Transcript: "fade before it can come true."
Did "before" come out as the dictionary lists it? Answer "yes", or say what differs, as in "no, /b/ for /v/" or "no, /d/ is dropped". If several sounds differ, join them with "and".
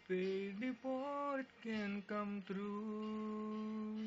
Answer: no, /p/ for /f/